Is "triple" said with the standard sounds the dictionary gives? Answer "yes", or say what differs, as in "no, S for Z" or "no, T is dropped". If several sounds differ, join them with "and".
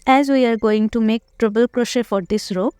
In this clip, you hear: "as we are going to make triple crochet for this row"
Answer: no, B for P